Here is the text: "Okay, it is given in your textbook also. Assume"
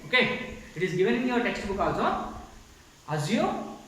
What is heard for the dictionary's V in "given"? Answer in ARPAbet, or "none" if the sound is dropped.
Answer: V